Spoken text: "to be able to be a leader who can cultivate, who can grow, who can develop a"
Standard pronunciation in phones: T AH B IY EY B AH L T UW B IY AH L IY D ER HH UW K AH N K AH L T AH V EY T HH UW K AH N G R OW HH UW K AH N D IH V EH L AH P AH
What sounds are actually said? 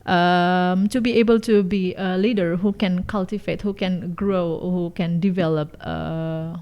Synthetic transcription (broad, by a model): T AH B IY EY B AH L T UW B IY AH L IY D ER HH UW K AH N K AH L T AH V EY T HH UW K AH N G R OW HH UW K AH N D IH V EH L AH P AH